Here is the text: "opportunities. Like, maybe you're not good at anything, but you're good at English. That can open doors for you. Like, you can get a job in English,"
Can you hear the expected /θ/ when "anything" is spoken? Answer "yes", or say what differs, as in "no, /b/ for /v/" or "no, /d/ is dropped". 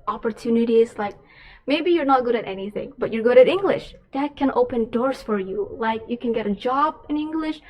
yes